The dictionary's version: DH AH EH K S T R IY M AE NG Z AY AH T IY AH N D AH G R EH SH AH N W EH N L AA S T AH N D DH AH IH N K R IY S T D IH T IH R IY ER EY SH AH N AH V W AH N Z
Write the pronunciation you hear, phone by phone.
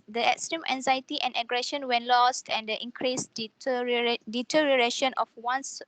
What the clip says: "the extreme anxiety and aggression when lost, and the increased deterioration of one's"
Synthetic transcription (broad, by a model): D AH EH K S T R IY M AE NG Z AY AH T IY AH N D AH G R EH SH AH N W EH N L AA S T AH N D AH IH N K R IY S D D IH T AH R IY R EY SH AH N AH F W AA N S